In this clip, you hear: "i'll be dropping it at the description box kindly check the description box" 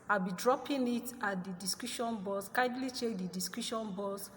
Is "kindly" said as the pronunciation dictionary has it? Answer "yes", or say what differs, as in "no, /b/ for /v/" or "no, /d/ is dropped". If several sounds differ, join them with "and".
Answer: no, /n/ is dropped